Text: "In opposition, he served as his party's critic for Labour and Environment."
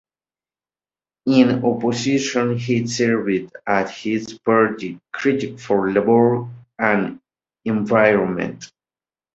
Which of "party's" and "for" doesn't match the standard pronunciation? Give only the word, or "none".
party's